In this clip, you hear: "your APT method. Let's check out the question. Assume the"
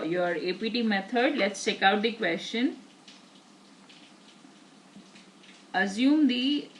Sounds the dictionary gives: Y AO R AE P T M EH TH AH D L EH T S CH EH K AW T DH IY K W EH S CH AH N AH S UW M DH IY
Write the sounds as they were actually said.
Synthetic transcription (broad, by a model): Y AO R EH P T M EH T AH D L EH T S CH EH K AW T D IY K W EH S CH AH N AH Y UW M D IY